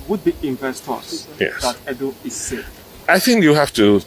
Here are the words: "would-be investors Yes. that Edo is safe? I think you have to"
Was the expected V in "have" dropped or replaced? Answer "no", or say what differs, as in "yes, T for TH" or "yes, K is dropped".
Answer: yes, F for V